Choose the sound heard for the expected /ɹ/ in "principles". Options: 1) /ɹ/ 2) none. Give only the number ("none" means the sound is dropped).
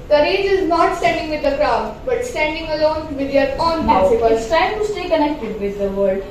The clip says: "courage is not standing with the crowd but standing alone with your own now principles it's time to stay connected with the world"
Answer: 2